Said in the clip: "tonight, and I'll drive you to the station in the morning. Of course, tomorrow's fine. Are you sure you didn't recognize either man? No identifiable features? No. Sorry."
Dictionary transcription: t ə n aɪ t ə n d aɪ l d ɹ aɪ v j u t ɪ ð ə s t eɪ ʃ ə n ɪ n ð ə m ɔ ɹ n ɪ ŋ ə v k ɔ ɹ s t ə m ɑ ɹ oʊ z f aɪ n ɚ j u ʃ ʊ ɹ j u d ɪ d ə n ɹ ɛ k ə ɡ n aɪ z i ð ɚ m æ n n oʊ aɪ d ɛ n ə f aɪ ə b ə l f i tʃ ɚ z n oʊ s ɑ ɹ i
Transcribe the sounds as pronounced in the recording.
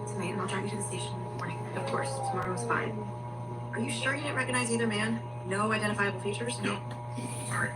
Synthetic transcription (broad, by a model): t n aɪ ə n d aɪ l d ɹ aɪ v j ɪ t ɪ ð ə s t eɪ ə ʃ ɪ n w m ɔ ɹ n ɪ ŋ ə v k ɔ ɹ s t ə m ɑ ɹ oʊ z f aɪ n ɚ j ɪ ʃ ʊ ɹ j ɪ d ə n ɹ ɛ k ə ɡ n aɪ z i ð ɚ m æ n n oʊ aɪ d ɛ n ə f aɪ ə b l f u tʃ ɚ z n oʊ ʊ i